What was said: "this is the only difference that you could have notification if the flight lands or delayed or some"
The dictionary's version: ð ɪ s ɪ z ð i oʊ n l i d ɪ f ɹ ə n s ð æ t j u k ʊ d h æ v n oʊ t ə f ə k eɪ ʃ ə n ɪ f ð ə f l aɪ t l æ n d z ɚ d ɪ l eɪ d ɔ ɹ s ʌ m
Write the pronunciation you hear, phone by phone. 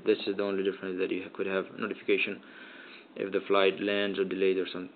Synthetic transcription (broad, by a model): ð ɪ s ɪ z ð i oʊ n l i d ɪ f ɹ ə n s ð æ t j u k ʊ d h æ v n oʊ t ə f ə k eɪ ʃ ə n ɪ f ð ə f l aɪ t l æ n d z ɚ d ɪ l eɪ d ɔ ɹ s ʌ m